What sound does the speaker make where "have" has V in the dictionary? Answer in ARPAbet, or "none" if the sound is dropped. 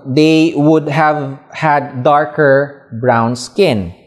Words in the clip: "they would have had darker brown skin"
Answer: V